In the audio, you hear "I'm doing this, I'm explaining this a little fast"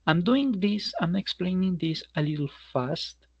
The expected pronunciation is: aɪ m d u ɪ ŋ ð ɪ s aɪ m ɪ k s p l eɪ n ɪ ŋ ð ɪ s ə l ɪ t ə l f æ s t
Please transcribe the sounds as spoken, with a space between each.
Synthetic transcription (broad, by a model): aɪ m d u ɪ ŋ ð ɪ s aɪ m ɪ k s p l eɪ n ɪ ŋ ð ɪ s ə l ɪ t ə l f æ s t